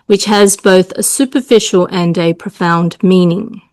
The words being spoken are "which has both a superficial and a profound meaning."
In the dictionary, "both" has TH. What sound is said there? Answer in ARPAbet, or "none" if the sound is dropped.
TH